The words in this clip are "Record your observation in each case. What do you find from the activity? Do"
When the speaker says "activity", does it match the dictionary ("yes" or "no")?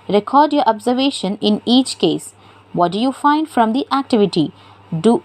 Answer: yes